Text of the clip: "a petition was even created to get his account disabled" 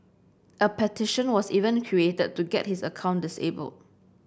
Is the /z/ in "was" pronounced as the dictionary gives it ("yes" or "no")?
no